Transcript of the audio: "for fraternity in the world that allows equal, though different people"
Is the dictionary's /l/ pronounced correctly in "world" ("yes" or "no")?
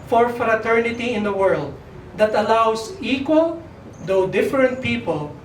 yes